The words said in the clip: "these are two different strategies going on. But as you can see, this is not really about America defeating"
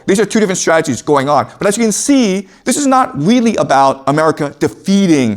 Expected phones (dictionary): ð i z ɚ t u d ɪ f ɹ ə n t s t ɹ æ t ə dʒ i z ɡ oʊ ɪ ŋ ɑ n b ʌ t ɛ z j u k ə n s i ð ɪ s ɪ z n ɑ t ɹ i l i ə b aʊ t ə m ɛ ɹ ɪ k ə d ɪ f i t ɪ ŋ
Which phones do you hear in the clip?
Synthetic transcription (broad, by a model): ð i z ɚ t u d ɪ f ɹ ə n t s t ɹ æ t ə dʒ i z ɡ oʊ ɪ ŋ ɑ n b ʌ t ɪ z j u k ə n s i ð ɪ s ɪ z n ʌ t ɹ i l i ə b aʊ t ə m ɛ ɹ ɪ k ə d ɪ f i t ɪ ŋ